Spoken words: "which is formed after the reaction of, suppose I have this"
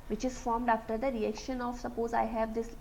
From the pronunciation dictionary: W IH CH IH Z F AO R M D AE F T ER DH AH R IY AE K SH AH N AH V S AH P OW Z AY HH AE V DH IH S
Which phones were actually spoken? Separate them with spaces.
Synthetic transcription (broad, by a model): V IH CH IH Z F AO R M D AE F T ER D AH R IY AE K SH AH N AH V S AH P OW Z AY HH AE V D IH S